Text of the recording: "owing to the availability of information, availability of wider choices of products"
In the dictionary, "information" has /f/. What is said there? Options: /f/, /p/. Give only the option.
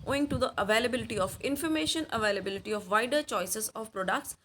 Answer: /f/